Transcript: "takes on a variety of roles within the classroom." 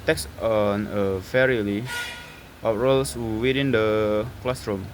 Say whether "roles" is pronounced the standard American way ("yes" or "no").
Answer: no